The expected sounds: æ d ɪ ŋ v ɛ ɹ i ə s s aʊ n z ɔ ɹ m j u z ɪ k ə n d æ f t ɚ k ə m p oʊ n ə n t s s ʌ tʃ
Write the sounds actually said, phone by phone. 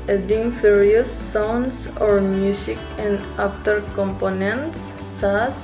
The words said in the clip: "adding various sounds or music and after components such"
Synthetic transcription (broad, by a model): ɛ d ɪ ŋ f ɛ ɹ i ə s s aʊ n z ɔ ɹ m j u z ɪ k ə n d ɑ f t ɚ k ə m p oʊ n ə n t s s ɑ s